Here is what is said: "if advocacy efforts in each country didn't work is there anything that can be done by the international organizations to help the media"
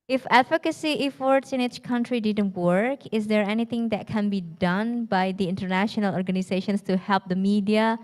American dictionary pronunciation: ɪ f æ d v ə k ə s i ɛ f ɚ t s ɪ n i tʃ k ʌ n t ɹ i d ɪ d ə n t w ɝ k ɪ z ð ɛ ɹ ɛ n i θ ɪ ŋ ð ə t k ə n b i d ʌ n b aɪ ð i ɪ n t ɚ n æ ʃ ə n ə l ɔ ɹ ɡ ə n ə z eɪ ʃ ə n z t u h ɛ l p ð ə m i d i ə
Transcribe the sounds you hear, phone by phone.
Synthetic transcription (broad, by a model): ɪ f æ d f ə k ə s i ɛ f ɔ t s ɪ n i tʃ k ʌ n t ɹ i d ɪ d ə n t w ɝ k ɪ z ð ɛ ɹ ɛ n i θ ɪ ŋ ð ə t k ə n b i d ʌ n b aɪ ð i ɪ n t ɚ n æ ʃ ə n ə l ɔ ɹ ɡ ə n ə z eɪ ʃ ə n s t u h ɛ l p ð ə m i d i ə